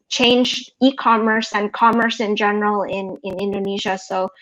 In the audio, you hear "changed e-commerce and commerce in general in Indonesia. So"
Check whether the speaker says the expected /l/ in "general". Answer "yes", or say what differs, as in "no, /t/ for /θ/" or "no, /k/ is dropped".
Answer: no, /n/ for /l/